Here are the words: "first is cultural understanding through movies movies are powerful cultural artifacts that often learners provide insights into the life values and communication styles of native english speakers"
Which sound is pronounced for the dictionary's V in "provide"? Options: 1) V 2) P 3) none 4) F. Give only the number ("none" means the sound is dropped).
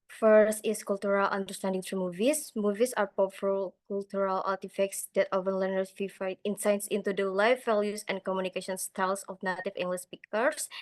4